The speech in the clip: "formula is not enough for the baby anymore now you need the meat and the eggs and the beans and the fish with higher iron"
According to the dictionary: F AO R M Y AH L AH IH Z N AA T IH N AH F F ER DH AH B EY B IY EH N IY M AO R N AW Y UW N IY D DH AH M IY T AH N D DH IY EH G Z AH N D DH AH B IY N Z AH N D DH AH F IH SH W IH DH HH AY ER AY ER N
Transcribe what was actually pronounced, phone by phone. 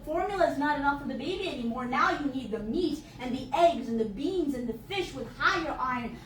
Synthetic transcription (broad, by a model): F AO R M Y L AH IH Z N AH T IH N AH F F ER DH AH B EY B IY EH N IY M AO R N AW Y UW N IY D DH AH M IY T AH N DH IY EH G Z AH N DH AH B IY N Z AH N DH AH F IH SH W IH DH HH AY ER AY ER N